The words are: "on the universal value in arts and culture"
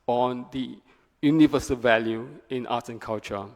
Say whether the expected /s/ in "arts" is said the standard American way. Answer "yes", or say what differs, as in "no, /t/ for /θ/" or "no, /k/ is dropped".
no, /s/ is dropped